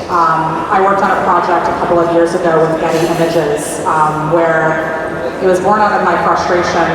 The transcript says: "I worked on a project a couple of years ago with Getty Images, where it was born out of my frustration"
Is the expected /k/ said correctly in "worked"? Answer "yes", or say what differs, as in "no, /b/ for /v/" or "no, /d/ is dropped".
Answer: yes